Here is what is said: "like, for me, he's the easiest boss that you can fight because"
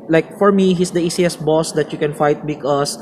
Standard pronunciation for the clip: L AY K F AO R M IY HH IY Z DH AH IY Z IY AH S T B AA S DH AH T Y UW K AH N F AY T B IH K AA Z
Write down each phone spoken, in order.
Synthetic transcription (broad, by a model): L AY K F AO R M IY HH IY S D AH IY S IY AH S B AA S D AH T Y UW K AH N F AY T B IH K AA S